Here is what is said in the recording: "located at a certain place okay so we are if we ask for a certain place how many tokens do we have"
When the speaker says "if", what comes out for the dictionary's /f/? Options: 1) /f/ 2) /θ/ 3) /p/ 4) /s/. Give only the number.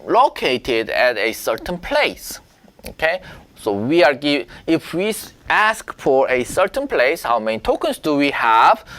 1